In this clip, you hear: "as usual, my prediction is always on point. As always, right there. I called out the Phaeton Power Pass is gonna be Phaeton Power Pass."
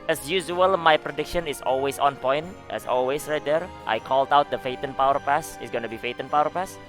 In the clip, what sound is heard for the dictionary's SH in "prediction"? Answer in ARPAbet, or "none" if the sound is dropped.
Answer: SH